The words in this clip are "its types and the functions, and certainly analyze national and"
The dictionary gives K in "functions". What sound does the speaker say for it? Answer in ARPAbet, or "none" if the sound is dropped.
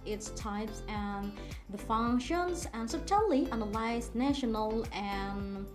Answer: K